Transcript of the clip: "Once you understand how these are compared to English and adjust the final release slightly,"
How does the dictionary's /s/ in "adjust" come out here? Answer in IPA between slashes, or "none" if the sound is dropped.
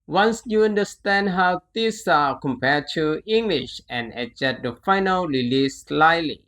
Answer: none